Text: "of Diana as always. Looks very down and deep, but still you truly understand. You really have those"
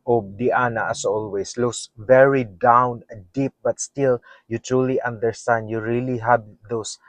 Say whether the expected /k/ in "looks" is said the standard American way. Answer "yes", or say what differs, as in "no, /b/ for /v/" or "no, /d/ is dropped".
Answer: no, /k/ is dropped